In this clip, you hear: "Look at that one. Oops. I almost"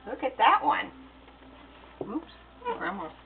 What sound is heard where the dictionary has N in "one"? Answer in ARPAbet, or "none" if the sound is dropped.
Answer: N